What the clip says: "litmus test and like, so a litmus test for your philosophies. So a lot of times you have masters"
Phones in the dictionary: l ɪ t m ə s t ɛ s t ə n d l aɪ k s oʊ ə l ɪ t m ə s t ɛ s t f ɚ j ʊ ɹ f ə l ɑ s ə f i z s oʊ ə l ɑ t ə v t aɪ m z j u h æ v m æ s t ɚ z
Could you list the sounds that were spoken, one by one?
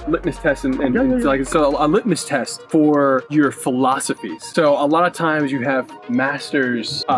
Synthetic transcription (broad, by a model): l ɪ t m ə s t ɛ s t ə n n l aɪ k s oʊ ə l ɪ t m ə s t ɛ s t f ɚ j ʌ ɹ f ə l ɑ s ə f i z s oʊ ə l ɑ t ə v t aɪ m z j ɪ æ v m æ s t ɚ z